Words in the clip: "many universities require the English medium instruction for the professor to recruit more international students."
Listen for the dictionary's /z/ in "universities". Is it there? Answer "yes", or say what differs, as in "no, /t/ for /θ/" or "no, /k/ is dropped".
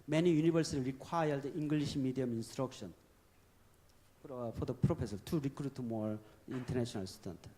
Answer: no, /z/ is dropped